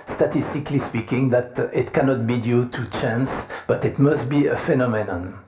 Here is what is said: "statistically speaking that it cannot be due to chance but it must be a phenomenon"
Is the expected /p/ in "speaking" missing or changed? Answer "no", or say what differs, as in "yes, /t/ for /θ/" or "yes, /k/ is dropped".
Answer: no